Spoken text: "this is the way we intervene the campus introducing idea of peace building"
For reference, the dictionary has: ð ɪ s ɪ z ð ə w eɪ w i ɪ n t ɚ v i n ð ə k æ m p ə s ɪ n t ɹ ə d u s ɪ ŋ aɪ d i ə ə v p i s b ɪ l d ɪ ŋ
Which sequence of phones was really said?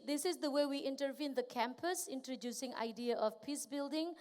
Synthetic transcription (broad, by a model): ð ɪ s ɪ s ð ə w eɪ w i ɪ n t ɚ v i n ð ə k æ m p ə s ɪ n t ɹ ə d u s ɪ ŋ aɪ d i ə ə f p i s b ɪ l d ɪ ŋ